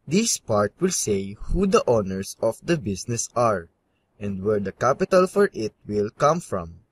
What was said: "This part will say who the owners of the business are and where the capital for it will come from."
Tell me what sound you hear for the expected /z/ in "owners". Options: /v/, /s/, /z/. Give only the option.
/s/